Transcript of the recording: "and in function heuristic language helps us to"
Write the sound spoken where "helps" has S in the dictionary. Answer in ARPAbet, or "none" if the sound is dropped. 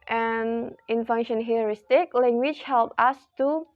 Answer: none